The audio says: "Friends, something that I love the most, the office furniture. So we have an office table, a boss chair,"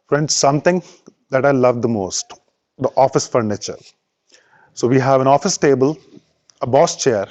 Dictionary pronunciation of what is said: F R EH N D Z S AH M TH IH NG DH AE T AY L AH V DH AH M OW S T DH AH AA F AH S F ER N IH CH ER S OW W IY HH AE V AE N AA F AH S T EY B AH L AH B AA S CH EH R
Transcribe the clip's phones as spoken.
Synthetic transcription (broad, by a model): F R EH N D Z S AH M T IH NG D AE T AY L AH V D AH M OW S T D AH AA F AH S F ER N IH CH ER S OW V IY HH AE V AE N AA F AH S T EY B AH L AH B AA S CH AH R